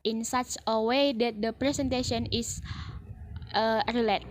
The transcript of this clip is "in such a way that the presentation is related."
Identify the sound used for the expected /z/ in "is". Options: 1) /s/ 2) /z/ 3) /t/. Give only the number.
1